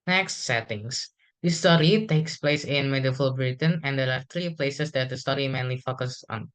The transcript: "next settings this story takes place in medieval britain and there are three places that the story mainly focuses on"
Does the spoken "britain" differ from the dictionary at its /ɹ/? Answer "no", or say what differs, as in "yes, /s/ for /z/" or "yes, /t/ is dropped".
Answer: no